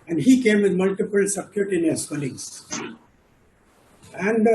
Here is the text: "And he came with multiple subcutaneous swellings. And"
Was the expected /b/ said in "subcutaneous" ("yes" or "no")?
no